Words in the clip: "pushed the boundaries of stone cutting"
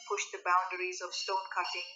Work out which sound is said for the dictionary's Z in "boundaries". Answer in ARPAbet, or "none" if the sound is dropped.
Z